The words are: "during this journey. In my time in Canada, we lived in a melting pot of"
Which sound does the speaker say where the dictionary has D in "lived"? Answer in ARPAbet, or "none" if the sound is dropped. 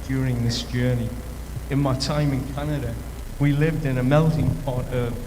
D